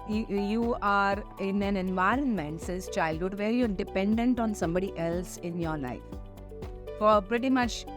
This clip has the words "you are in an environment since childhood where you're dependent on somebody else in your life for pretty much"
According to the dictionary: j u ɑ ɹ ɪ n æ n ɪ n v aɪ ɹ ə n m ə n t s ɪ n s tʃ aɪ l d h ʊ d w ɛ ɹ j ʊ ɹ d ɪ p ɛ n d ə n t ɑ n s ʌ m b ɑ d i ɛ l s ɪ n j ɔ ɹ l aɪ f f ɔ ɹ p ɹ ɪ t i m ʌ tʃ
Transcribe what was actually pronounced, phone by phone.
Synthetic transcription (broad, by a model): j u ɑ ɹ ɪ n æ n ɪ n v aɪ ɹ ə n m ə n t s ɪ s tʃ aɪ l d h ʊ d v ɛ ɹ j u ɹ d ɪ p ɛ n d ə n t ɑ n s ʌ m b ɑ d i ɛ l s ɪ n j ɔ ɹ l aɪ f f ɔ ɹ p ɹ ɪ t i m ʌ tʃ